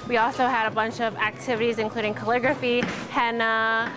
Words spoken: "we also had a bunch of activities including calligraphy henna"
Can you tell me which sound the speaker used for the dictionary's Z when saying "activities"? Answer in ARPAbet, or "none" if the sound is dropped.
Z